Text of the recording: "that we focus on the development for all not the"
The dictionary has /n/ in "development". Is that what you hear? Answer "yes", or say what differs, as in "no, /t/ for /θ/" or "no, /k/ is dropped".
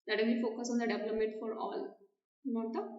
no, /n/ is dropped